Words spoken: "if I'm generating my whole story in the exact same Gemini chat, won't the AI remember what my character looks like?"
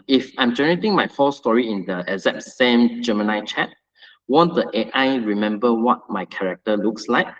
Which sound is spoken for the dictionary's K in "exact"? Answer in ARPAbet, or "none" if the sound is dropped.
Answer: none